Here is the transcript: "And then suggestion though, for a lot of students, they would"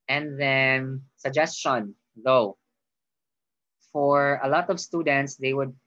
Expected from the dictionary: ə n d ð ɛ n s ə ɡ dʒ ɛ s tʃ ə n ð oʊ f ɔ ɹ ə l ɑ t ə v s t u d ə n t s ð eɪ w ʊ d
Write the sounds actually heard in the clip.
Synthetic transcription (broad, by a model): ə n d ð ɛ n s ə ɡ dʒ ɛ s tʃ ə n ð oʊ f ɔ ɹ ə l ɑ t ə v s t u d ə n t s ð eɪ w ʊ d